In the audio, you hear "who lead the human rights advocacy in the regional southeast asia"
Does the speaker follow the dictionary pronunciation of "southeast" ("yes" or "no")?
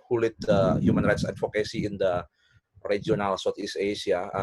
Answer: no